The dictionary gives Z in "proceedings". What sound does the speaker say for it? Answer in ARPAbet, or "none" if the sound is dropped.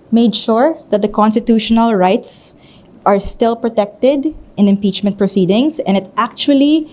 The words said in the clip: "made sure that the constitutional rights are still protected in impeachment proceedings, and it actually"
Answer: S